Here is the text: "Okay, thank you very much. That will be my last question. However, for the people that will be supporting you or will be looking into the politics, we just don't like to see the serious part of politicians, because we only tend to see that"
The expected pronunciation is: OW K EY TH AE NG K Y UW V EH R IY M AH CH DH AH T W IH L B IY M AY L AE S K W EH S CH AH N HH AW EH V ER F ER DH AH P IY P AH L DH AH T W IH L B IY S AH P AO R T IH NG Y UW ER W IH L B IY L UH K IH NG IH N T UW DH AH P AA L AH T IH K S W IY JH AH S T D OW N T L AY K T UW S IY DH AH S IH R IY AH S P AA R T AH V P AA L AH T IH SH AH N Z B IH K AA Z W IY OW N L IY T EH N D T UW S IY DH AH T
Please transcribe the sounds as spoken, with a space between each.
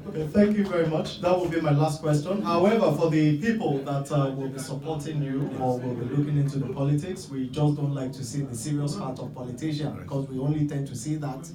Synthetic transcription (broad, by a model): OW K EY TH AE NG K Y UW V EH R IY M AH CH DH AH T W IH L B IY M AY L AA S K W EH S CH AH N HH AW EH V ER F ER DH AH P IY P AH L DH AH T W IH L B IY S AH P AO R T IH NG Y UW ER W IH L B IY L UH K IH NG IH N T UW DH AH P AA L AH T IH K S W IY JH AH S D OW N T L AY K T UW S IY DH AH S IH R IY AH S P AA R T AH V P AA L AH T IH SH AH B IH K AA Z W IY OW N L IY T EH N D T UW S IY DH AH T